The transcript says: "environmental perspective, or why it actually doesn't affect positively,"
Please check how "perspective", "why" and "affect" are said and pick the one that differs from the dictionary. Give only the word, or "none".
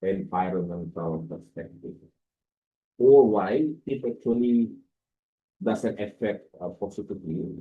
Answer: perspective